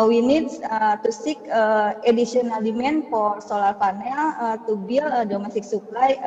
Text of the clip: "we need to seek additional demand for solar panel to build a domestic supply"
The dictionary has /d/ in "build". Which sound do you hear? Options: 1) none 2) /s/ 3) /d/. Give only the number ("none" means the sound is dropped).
1